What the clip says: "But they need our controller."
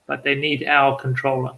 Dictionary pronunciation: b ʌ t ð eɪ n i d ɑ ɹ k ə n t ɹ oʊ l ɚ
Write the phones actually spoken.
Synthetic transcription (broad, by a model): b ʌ t ð eɪ n i d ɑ l k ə n t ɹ oʊ l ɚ